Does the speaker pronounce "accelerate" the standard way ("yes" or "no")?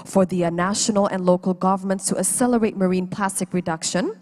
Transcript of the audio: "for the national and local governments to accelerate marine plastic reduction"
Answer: no